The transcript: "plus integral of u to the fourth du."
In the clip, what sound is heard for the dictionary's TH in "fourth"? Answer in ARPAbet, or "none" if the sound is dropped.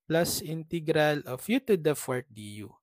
T